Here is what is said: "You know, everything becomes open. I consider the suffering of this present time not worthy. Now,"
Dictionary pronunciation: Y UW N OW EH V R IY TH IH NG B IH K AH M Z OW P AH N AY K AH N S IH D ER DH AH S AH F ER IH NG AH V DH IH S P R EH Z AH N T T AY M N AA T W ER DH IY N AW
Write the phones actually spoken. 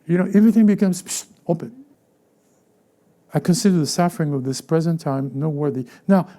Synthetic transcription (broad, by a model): Y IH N OW EH V R IY TH IH NG B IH K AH M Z OW P AH N AY K AH N S IH D ER DH AH S AH F ER IH NG AH V DH IH S P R EH Z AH N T T AY M N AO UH W ER DH IY N AW